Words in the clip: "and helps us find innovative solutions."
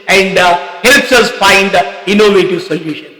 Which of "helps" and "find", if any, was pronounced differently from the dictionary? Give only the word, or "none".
none